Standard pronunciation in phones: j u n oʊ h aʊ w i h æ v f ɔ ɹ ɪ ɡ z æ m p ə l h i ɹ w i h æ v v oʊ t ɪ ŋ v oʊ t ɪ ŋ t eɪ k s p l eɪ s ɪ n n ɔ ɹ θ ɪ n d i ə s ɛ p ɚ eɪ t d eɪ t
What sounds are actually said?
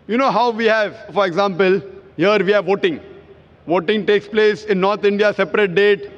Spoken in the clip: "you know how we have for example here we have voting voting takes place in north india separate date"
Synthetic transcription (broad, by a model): j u n oʊ h aʊ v i h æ v f ɔ ɹ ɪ ɡ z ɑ m p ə l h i ɹ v i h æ v v oʊ t ɪ ŋ v oʊ t ɪ ŋ t eɪ k s p l eɪ s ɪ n n ɔ ɹ t ɪ n d i ə s ɛ p ɚ eɪ t d eɪ t